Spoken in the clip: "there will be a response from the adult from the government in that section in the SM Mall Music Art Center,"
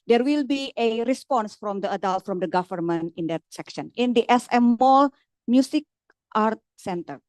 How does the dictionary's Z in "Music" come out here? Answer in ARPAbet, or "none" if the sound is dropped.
S